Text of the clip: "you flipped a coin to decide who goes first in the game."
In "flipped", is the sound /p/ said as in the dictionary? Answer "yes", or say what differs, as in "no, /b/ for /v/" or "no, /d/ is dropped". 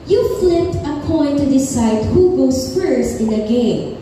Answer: no, /p/ is dropped